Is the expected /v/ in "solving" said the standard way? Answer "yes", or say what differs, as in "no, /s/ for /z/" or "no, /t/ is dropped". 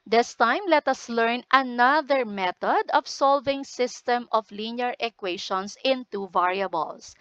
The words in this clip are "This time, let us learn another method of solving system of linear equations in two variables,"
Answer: yes